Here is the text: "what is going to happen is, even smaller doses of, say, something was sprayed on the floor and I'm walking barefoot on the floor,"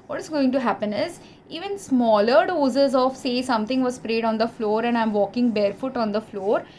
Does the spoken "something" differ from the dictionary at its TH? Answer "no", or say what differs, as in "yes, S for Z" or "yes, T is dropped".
yes, T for TH